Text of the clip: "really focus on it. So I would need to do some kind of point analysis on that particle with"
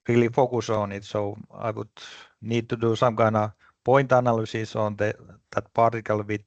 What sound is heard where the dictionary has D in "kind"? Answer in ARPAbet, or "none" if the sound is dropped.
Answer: none